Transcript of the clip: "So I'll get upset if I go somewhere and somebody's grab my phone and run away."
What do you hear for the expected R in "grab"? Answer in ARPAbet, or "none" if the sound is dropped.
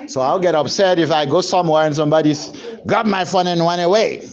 none